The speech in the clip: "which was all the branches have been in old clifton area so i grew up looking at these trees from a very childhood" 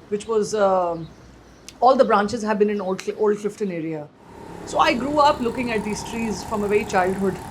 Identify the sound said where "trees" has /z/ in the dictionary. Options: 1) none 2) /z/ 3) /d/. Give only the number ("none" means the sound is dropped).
2